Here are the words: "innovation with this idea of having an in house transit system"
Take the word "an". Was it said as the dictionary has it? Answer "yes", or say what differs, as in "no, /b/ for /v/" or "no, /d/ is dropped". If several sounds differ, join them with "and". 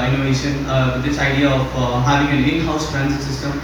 no, /l/ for /n/